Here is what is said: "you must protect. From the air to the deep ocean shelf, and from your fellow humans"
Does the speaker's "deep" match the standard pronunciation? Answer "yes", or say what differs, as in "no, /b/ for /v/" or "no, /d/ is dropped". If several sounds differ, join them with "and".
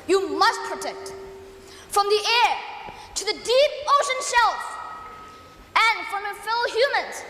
yes